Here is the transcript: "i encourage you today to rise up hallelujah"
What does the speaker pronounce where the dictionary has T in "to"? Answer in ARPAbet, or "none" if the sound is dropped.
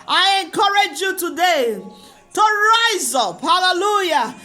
T